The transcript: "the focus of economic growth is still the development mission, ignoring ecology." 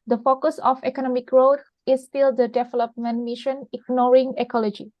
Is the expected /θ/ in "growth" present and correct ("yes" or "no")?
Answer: no